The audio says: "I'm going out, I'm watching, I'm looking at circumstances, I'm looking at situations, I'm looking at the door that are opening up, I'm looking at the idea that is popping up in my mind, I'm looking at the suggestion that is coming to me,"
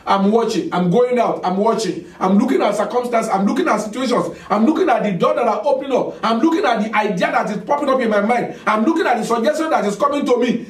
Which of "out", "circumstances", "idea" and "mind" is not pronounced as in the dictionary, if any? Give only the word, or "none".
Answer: circumstances